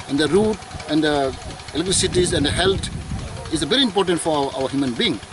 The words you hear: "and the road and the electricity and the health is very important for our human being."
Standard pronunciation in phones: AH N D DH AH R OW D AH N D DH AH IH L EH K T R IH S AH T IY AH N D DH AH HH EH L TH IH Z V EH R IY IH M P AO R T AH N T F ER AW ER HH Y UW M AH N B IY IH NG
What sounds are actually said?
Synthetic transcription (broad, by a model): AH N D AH R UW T AH N D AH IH L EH K T R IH S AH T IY AH N D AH HH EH L T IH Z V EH R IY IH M P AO R T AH N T F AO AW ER HH Y UW M AH N B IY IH NG